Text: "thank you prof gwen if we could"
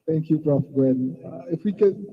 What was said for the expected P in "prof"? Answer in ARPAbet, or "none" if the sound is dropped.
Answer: B